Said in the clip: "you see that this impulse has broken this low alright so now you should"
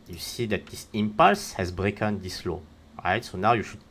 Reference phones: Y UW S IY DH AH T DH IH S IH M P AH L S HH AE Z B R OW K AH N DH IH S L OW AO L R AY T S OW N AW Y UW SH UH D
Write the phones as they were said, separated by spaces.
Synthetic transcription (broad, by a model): Y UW S IY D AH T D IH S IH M P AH L S HH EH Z B R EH K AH N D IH S L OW AO R AY T S OW N AW Y UW SH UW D